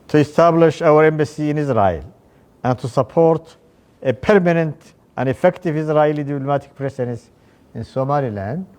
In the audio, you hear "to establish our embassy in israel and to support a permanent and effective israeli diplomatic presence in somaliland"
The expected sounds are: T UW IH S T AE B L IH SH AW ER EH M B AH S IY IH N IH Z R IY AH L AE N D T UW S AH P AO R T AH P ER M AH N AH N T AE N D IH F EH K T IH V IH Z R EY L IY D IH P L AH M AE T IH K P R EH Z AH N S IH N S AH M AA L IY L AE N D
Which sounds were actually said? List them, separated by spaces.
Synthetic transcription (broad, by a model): T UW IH S T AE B L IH SH AW ER EH M B AH S IY IH N IH Z R IY AH L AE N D T UW S AH P AO R T AH P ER M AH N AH N T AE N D IH F EH K T IH V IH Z R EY L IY D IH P L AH M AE T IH K P R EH S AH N S IH N S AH M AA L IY L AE N D